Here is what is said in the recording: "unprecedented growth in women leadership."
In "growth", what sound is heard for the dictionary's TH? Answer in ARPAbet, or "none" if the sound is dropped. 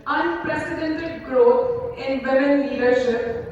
T